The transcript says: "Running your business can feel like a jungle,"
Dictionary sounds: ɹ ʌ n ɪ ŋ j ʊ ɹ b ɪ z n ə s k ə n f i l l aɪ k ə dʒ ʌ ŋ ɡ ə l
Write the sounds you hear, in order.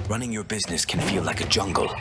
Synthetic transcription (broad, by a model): ɹ ʌ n ɪ ŋ j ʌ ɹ b ɪ z n ə s k ə n f i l l aɪ k ə dʒ ʌ ŋ ɡ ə l